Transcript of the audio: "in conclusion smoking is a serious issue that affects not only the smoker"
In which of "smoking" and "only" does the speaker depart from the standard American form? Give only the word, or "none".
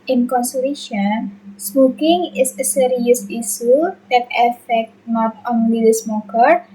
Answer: only